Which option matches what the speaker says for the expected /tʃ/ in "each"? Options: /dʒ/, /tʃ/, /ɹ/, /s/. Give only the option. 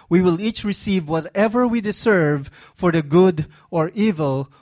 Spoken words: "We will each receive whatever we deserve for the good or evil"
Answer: /tʃ/